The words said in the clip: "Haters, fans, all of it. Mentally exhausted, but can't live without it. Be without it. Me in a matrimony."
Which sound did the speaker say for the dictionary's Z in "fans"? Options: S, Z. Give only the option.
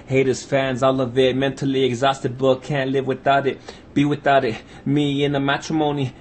Z